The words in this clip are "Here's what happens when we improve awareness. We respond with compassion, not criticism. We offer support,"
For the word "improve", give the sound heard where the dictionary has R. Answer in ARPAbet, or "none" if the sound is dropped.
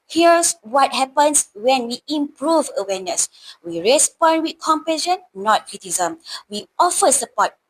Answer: R